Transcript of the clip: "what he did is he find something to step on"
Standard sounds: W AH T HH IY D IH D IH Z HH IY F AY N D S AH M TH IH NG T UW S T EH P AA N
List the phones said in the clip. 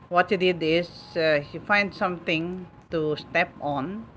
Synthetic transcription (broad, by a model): W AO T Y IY D IH D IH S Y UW F AY N D S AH M T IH NG T UW S T EH P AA N